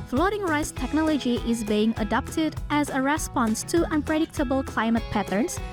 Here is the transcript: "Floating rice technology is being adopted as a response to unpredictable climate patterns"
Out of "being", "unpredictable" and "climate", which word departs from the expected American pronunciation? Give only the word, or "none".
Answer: none